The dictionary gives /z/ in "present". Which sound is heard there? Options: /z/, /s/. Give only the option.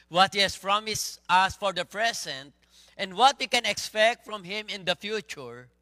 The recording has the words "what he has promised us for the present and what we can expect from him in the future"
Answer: /s/